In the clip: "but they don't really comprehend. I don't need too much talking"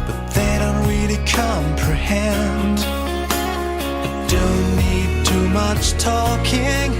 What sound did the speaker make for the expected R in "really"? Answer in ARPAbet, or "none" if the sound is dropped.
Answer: W